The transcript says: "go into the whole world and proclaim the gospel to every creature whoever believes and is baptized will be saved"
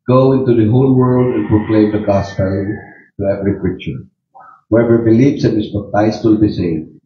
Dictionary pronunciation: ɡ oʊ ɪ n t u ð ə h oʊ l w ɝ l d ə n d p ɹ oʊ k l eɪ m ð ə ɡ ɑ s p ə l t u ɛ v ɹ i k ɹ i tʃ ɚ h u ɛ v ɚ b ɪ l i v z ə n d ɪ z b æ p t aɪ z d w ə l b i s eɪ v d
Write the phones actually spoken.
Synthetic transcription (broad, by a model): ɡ oʊ ɪ n t u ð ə h oʊ l w ɝ l d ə n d p ɹ oʊ k l eɪ m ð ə ɡ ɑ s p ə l t u ɛ v ɹ i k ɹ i tʃ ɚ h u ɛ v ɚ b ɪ l i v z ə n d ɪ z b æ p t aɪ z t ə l b i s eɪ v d